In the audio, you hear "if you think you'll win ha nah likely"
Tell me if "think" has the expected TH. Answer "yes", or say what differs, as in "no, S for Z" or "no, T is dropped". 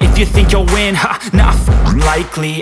yes